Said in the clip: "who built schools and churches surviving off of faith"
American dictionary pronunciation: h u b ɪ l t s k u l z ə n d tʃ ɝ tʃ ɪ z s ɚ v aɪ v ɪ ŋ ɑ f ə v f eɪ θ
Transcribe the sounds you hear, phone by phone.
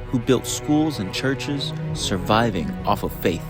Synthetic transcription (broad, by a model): h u b ɪ l t s k u l z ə n tʃ ɝ tʃ ɪ z s ɚ v aɪ v ɪ ŋ ɑ f ə v f eɪ θ